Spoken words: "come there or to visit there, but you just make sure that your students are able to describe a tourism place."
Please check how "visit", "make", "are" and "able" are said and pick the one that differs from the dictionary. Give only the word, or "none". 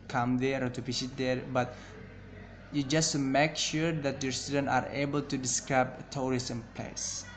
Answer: visit